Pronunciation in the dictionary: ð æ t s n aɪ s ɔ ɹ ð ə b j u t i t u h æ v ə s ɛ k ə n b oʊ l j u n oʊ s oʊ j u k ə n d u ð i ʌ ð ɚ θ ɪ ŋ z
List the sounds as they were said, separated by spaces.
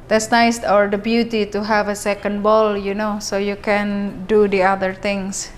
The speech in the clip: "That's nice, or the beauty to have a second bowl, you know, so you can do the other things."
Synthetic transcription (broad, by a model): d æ t s n aɪ s ɔ ɹ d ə b j u t i t u h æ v ə s ɛ k ə n b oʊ l j u n oʊ s oʊ j u k ə n d u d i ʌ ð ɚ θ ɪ ŋ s